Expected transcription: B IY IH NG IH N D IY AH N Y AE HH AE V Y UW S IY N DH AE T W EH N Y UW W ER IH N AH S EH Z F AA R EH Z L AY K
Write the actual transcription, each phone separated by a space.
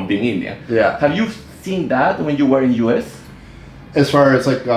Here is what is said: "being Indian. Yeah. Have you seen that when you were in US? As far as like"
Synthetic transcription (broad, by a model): B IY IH NG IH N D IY Y AE HH AE V Y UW S IY N DH AE T W EH N Y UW W ER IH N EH S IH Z F AA R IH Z L AY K